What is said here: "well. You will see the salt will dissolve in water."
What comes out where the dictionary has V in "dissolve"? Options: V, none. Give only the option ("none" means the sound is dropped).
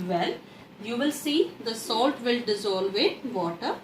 V